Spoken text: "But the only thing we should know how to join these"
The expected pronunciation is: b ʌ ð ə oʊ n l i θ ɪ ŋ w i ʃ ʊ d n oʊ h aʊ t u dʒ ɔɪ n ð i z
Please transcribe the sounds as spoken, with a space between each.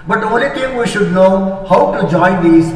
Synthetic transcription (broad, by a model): b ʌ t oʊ l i t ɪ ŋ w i ʃ ʊ d n oʊ h aʊ t u dʒ ɔɪ n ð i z